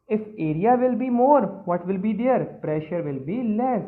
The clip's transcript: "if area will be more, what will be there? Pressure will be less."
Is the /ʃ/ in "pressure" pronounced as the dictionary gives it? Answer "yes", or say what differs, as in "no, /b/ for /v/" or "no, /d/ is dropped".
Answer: yes